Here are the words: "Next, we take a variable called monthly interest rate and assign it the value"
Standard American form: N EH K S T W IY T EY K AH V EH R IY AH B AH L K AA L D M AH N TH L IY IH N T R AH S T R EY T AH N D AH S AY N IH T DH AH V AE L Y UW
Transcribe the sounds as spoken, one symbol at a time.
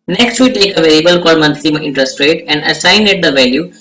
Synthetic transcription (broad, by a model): N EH K S T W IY T EY K AH V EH L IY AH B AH L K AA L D M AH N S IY IH N T R AH S T R EY T AH N D AH S AY N IH T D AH V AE L Y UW